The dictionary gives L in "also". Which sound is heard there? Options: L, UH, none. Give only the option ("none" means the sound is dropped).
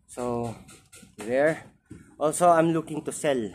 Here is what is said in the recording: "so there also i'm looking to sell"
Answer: L